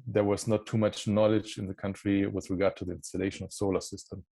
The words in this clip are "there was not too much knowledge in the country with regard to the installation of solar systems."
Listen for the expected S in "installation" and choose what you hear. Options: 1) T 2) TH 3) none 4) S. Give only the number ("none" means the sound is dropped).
4